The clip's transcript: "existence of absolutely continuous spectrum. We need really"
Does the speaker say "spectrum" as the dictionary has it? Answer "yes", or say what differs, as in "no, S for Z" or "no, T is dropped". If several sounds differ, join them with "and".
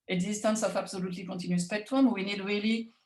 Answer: no, W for R